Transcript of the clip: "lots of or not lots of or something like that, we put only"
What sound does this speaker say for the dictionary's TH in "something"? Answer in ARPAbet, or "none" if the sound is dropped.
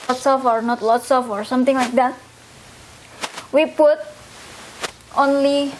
T